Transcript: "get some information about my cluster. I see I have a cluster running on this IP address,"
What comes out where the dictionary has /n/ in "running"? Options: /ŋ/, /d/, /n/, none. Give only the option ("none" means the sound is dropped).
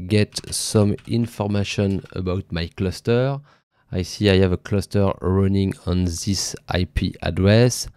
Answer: /n/